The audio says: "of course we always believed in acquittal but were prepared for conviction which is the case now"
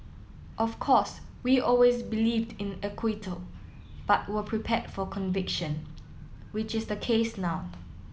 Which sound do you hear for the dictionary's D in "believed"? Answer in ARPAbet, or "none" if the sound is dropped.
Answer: D